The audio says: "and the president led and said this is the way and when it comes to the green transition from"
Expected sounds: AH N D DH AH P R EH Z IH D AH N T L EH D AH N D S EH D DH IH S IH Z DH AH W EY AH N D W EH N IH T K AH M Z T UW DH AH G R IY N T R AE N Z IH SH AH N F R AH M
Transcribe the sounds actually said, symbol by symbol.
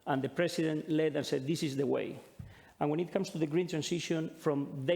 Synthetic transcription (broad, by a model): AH N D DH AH P R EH S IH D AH N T L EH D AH N S EH D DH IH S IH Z DH AH W EY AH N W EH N IH T K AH M S T UW DH AH G R IY N T R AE N S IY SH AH N F R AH M